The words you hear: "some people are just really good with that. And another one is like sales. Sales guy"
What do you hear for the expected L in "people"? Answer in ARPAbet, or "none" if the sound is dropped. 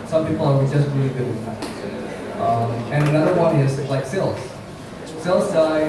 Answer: W